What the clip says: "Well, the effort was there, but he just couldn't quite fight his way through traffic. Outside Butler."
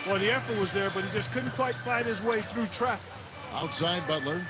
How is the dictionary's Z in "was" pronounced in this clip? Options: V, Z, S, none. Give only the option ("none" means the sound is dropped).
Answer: Z